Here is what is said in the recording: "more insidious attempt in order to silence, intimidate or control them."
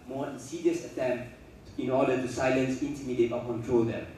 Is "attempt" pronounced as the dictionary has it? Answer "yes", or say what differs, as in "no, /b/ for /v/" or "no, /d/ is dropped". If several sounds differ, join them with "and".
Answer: yes